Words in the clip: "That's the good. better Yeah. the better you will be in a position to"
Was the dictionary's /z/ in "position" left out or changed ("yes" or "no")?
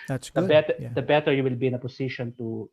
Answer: yes